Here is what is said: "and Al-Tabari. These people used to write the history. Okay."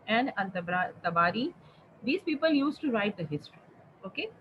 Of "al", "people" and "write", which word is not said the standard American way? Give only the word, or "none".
al